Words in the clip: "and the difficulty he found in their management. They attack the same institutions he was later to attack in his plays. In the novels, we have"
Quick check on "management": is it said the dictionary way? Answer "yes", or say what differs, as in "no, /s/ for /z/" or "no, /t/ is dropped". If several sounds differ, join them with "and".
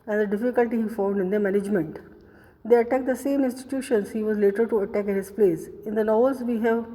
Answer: yes